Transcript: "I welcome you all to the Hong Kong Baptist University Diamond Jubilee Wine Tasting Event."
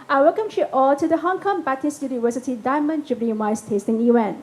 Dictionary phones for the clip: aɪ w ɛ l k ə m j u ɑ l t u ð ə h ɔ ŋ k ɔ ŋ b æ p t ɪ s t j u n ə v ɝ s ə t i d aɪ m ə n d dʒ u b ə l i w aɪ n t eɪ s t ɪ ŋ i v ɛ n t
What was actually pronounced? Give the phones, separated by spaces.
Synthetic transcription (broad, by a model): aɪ w ɛ l k ə m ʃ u ɑ l t u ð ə h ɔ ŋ k ɔ ŋ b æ t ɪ s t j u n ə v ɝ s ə t i d aɪ m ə n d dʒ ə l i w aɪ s t eɪ s t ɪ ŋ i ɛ n